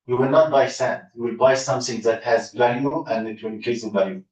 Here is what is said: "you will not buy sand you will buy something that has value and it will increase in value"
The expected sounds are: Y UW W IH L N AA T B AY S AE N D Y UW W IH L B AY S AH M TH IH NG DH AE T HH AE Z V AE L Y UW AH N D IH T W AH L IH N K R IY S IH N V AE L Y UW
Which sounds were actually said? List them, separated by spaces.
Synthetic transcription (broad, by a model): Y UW W IH L N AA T B AY S AE N D Y UW W IH L B AY S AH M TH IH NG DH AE T HH AE Z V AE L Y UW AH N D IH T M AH N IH K IY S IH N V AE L Y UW